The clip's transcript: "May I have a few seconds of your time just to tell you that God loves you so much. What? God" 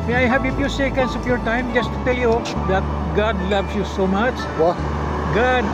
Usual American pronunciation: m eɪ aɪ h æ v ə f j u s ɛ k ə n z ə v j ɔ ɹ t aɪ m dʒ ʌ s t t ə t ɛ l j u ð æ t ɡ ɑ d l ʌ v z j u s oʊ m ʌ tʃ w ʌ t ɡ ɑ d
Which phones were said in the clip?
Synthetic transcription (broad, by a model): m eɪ aɪ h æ b ə p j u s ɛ k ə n s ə p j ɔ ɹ t aɪ m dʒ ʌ s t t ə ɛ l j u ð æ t ɡ ɑ d l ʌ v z j u s oʊ m ʌ tʃ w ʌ ɡ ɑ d